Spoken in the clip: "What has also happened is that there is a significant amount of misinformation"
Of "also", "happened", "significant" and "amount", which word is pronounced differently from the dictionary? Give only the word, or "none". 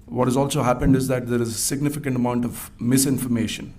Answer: none